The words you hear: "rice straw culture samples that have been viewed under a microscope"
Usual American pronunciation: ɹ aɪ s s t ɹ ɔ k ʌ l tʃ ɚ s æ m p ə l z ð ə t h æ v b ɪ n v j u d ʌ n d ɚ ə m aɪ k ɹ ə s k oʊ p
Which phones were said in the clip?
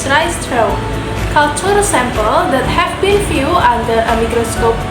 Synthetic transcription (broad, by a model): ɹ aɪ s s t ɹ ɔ k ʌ l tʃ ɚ s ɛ m p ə l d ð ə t h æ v b ɪ n f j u ʌ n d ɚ ə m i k ɹ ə s k oʊ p